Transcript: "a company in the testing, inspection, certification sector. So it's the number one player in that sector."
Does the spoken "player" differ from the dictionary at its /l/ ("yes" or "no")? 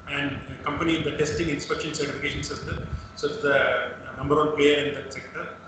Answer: yes